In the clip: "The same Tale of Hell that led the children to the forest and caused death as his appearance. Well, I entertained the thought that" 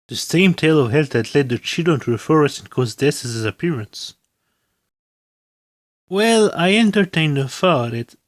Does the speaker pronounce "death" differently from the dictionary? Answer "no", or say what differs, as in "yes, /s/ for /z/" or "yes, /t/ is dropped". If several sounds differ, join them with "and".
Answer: yes, /s/ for /θ/